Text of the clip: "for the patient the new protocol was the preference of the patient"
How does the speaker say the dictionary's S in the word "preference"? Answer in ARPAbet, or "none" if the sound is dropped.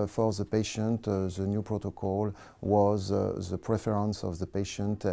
S